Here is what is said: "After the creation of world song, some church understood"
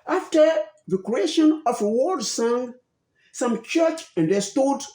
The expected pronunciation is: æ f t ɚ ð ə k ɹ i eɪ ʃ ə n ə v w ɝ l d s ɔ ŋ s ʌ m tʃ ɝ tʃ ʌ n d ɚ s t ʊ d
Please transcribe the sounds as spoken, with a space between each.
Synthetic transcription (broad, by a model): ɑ f t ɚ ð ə k ɹ i eɪ ʃ ə n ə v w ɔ d s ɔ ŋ s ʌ m tʃ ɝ tʃ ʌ n d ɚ s t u d